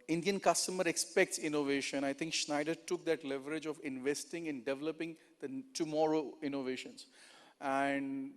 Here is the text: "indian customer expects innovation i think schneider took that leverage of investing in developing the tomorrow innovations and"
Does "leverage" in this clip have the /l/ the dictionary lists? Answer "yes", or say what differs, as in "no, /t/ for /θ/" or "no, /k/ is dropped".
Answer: yes